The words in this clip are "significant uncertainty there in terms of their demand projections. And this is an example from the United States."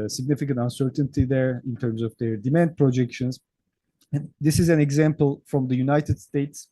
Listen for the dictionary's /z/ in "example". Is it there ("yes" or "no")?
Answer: yes